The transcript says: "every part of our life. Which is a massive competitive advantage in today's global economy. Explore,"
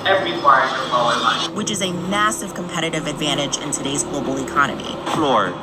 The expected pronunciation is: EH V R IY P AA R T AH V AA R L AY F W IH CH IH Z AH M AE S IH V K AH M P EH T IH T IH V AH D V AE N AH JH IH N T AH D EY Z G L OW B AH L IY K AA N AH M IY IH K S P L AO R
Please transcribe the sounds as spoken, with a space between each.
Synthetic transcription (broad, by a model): EH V R IY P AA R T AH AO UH L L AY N W IH CH IH Z AH M AE S IH V K AH M P EH T IH T IH V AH D V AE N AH JH IH N T AH D EY Z G L OW B L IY K AA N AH M IY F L AO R